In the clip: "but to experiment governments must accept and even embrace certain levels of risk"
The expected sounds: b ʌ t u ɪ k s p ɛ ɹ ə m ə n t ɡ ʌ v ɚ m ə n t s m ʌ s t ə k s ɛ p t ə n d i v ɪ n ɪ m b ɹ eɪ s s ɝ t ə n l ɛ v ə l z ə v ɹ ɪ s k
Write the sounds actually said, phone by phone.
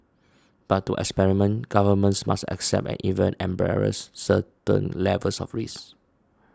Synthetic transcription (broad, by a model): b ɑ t u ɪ k s p ɛ ɹ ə m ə n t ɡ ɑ v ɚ m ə n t s m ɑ s t ə k s ɛ p t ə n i v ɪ n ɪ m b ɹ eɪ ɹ s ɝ t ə n l ɛ v ə l s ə f ɹ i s